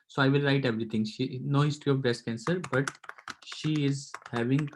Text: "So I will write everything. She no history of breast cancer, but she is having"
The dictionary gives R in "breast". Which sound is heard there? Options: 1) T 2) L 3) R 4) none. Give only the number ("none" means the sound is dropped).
4